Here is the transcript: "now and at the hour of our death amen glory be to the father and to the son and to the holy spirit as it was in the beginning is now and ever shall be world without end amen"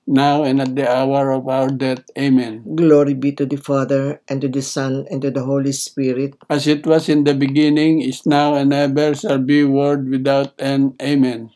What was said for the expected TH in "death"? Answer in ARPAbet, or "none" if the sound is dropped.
T